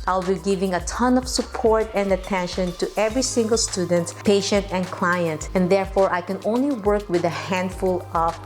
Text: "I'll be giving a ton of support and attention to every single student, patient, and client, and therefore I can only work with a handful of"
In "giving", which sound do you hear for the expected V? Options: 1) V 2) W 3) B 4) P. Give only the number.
1